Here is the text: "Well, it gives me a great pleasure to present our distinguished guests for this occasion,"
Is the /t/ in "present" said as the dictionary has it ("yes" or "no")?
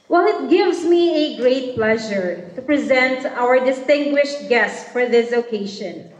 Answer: yes